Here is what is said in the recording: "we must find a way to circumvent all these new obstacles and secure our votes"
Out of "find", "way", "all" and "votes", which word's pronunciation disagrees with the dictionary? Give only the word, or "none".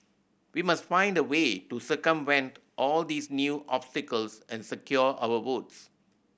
votes